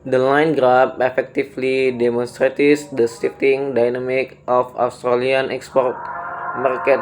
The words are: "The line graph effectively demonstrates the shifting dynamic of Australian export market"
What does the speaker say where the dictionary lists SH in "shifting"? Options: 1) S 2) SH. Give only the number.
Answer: 1